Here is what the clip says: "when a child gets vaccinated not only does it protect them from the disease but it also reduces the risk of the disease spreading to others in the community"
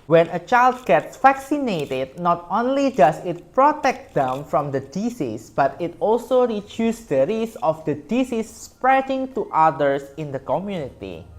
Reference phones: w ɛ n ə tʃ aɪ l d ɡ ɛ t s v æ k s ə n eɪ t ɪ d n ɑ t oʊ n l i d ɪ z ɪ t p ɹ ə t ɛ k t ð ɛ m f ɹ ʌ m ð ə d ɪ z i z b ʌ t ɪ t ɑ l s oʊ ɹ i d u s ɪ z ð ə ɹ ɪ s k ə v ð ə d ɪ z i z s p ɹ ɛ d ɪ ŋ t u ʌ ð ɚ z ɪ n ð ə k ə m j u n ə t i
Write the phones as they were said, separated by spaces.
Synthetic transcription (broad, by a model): w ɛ n ə tʃ aɪ l d ɡ ɛ t s f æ k s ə n eɪ t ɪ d n ɑ t oʊ n l i d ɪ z ɪ t p ɹ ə t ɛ k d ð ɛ m f ɹ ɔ m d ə d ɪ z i s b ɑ t ɪ t ɑ l s oʊ ɹ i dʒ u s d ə ɹ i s ə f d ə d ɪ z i s p ɹ ɛ d ɪ ŋ t u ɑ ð ɚ s ɪ n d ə k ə m j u n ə t i